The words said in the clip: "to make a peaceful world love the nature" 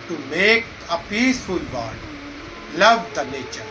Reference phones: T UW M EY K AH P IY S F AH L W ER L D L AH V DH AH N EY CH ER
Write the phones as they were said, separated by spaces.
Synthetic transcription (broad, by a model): T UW M EY K AH P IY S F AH L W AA D L AH V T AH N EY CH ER